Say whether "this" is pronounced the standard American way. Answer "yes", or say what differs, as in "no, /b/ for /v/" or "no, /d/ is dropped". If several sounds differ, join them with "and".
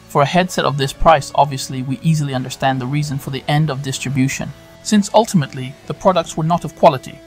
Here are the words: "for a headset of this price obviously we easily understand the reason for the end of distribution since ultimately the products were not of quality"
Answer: yes